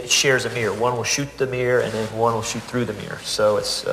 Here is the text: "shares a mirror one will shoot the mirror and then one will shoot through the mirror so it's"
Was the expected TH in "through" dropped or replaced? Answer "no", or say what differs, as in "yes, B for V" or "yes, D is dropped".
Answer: no